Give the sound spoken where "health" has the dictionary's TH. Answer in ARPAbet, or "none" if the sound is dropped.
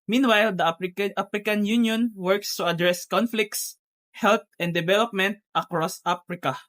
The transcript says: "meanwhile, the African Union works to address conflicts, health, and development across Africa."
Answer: T